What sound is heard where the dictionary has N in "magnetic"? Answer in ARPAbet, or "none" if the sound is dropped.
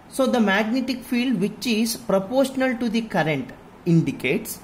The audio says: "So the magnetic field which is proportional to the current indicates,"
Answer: N